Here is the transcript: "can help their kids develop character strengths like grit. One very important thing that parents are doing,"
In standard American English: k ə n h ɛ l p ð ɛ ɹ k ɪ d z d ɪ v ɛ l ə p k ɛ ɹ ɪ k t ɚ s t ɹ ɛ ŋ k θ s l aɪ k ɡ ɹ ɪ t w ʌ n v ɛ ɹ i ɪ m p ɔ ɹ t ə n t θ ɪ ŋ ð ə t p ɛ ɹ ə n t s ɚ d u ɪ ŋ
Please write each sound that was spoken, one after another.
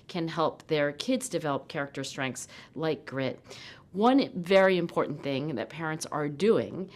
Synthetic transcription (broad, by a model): k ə n h ɛ l p ð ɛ ɹ k ɪ d z d ɪ v ɛ l ə p k ɛ ɹ ɪ k t ɚ s t ɹ ɛ ŋ k θ s l aɪ k ɡ ɹ ɪ t w ʌ n v ɛ ɹ i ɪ m p ɔ ɹ t n θ ɪ ŋ ð ə t p ɛ ɹ ə n t s ɚ d u ɪ ŋ